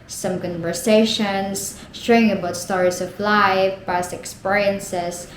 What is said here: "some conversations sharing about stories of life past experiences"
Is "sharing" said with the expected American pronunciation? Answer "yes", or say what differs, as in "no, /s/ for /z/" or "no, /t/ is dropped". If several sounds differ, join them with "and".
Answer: no, /ɹ/ is dropped